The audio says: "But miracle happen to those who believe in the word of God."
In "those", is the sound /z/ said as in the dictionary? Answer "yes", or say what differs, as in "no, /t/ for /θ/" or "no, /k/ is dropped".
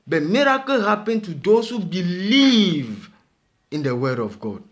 no, /s/ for /z/